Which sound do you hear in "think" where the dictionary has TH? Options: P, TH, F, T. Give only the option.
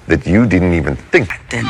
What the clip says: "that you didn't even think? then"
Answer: TH